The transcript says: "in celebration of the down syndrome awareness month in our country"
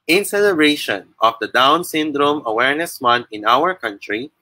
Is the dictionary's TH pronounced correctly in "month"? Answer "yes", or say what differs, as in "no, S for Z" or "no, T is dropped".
no, T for TH